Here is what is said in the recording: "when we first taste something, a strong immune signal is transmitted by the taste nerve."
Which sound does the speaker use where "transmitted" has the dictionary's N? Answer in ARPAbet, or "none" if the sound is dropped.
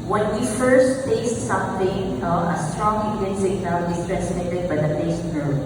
none